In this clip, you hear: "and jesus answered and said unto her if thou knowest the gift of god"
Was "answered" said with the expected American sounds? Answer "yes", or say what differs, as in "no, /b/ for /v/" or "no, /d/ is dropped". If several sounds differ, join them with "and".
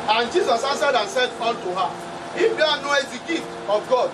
no, /n/ is dropped